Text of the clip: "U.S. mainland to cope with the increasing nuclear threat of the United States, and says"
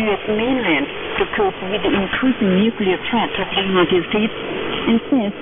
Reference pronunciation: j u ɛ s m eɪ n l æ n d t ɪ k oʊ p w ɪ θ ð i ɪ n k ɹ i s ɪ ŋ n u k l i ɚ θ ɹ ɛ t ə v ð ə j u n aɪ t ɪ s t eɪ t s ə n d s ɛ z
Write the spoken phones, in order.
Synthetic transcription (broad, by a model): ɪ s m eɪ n l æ n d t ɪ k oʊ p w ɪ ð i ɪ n k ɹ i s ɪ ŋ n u k l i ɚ t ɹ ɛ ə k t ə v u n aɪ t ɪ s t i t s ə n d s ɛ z